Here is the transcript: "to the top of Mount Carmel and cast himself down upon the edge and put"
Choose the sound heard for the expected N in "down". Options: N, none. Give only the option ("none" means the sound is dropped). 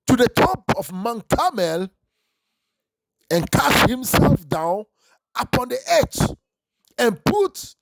N